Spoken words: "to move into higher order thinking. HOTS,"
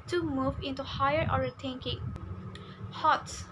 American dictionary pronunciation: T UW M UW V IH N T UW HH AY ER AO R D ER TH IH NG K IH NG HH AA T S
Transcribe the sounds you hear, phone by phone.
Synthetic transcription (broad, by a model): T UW M UW V IH N T UW HH AY ER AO R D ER T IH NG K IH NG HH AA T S